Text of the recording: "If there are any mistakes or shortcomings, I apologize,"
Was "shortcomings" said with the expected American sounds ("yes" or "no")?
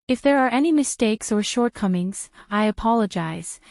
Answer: yes